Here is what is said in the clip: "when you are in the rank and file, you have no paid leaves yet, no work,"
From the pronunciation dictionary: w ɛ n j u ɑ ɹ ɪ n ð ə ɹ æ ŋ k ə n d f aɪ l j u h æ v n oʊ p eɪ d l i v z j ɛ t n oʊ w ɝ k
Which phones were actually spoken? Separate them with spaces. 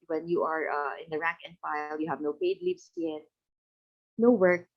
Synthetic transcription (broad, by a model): w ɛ n j u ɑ ɹ ɪ n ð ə ɹ æ ŋ k ə n d f aɪ l j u h æ v n oʊ p eɪ d l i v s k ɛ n n oʊ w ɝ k